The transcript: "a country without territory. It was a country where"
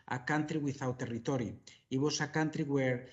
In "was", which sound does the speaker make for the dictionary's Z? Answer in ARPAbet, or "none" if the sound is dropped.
S